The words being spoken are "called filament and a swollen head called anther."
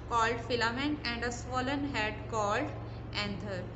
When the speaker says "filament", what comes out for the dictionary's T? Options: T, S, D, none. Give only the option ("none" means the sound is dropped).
none